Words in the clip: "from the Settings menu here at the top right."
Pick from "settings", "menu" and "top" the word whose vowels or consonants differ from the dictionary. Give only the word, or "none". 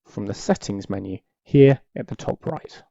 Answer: none